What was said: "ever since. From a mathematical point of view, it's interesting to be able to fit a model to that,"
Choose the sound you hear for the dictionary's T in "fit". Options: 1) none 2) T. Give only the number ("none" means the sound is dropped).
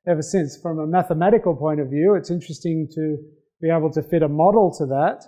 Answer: 2